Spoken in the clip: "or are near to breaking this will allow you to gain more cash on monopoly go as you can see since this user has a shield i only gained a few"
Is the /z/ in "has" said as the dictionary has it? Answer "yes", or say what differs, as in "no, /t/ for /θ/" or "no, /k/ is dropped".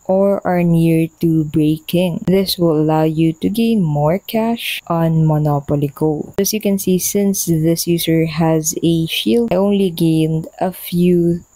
yes